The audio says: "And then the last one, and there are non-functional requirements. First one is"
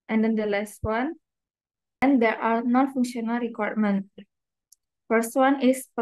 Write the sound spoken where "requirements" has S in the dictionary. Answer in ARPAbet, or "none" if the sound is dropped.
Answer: none